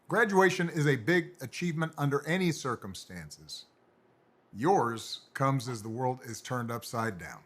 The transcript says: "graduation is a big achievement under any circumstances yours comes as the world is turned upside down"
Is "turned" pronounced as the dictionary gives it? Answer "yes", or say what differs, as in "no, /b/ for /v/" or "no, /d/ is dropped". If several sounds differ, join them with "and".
yes